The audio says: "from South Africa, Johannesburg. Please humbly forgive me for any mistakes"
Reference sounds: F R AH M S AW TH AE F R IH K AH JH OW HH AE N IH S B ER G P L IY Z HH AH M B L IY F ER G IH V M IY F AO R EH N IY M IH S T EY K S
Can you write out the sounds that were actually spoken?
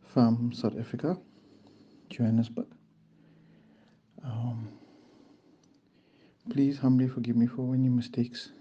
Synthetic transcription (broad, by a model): F R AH M S AW T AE F R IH K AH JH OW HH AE N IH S B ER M P L IY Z HH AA M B L IY F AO G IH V M IY F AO W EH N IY M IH S T EY K S